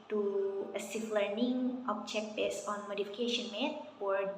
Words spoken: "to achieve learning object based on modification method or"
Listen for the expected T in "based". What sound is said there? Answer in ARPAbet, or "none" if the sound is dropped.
none